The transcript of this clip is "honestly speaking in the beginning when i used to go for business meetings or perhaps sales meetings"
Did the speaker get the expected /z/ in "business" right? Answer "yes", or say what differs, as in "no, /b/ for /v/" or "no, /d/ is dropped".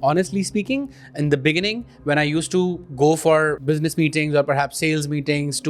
yes